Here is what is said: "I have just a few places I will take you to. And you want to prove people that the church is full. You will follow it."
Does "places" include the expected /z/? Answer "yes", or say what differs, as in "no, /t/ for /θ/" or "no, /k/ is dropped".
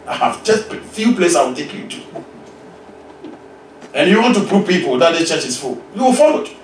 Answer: no, /z/ is dropped